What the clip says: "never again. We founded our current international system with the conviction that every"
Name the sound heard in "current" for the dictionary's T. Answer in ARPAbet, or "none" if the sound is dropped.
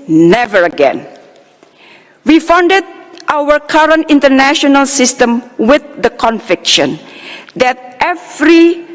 T